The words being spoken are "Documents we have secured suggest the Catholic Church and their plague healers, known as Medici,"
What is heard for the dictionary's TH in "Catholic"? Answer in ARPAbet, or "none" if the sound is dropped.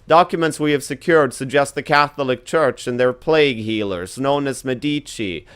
TH